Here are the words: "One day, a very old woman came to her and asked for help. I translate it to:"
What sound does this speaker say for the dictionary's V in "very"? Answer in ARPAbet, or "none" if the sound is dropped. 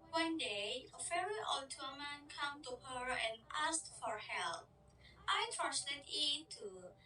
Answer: F